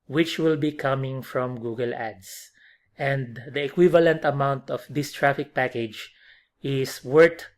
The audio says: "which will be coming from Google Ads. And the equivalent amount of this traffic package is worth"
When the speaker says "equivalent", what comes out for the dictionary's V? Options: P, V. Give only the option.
V